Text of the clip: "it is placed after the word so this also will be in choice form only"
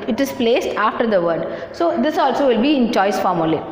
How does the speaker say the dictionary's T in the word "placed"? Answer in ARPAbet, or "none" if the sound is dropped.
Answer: T